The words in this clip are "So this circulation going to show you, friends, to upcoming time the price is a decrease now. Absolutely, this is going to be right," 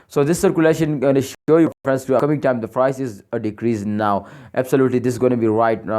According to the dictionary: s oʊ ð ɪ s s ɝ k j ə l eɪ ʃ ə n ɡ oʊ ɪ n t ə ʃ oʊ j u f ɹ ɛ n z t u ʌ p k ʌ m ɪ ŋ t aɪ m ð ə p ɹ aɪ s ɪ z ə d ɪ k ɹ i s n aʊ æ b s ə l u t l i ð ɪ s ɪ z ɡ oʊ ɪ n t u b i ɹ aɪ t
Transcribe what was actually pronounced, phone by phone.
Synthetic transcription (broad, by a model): s oʊ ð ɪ s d k j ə l eɪ ʃ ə n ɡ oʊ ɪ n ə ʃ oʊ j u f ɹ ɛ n s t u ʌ k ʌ m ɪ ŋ t aɪ m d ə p ɹ aɪ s ɪ z ə d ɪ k ɹ i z n aʊ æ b s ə l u t l i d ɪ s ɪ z ɡ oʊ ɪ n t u b i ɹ aɪ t